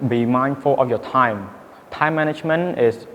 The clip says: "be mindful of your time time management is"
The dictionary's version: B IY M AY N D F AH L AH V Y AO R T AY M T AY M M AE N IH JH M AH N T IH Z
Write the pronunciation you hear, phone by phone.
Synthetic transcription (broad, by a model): B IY M AY N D F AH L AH F Y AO T AY M T AY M M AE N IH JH M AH N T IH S